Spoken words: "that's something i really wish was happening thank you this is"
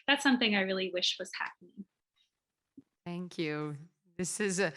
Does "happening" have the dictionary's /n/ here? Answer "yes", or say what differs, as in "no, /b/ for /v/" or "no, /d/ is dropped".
yes